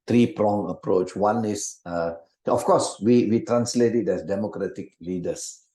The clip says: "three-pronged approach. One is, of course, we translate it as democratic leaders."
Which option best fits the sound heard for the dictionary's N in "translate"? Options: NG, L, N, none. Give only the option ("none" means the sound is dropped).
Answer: N